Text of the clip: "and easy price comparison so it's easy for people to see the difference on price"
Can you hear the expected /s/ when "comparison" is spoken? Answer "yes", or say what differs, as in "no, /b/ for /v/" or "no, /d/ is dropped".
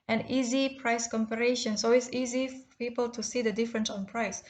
no, /ʃ/ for /s/